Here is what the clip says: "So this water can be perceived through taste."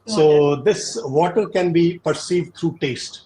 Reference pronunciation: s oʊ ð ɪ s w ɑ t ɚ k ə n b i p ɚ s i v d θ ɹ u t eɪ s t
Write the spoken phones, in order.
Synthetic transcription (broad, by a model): s oʊ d ɪ s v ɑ t ɚ k ə n b i p ɚ s i v d t ɹ u t eɪ s t